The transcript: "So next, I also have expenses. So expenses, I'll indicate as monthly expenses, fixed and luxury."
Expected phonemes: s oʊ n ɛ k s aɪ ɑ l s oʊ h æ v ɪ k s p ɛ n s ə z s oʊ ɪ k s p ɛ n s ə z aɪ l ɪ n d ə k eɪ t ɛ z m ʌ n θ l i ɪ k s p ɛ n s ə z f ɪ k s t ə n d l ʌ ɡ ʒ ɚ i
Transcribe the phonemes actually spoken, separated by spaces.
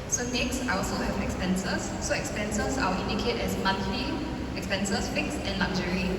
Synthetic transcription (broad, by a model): s oʊ n ɛ k s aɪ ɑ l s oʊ h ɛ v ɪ k s p ɛ n s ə s oʊ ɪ k s p ɛ n s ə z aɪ w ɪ n d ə k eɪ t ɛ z m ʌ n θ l i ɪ k s p ɛ n s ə s f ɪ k s ə n l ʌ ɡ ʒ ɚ i